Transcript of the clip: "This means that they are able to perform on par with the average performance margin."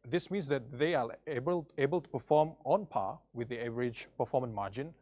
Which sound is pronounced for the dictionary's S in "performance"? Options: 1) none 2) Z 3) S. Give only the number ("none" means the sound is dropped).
1